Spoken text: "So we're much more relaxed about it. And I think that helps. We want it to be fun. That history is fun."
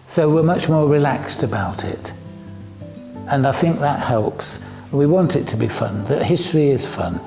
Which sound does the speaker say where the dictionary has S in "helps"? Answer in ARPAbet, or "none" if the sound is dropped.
S